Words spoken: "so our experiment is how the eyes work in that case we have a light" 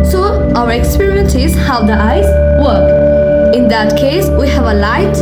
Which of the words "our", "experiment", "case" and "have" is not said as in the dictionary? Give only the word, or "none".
experiment